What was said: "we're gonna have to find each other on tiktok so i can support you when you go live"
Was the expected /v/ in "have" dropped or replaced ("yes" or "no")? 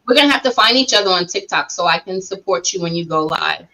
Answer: yes